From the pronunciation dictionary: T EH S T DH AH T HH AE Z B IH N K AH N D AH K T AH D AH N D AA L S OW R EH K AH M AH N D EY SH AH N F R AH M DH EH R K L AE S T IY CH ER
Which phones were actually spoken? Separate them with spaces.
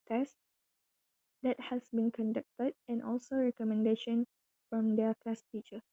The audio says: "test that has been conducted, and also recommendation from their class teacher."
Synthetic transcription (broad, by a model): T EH S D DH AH T HH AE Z B IH N K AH N D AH K T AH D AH N AA L S OW R EH K AH M AH N D EY SH AH N F R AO M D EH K AE S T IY CH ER